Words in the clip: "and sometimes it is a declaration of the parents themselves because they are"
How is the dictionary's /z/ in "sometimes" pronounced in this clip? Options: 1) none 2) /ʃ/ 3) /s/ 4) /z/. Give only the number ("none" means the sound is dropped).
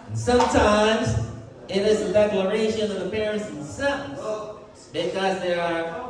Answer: 4